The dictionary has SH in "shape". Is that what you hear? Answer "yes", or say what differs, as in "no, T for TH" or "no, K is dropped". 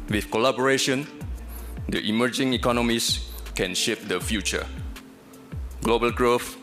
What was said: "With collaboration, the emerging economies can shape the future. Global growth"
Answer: yes